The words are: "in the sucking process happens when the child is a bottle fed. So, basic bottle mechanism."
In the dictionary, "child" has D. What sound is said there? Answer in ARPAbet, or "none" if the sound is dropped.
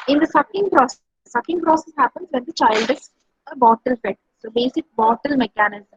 D